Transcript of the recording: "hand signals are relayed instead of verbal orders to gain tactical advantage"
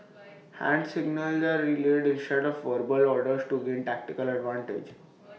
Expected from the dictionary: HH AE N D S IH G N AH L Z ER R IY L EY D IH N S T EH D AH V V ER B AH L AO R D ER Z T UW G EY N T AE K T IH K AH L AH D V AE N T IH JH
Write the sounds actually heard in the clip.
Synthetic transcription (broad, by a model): HH AE N D S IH G N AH L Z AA R IY L EY D IH N S T EH D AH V V ER B AH L AO R D ER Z T UW G EY N T AE K T IH K AH L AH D V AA N T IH JH